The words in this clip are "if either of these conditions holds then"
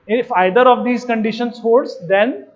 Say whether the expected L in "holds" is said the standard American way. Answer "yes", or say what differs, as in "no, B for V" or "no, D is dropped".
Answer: no, L is dropped